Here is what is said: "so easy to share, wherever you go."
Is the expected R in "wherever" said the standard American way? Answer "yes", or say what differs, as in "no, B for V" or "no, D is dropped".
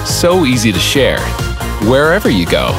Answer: yes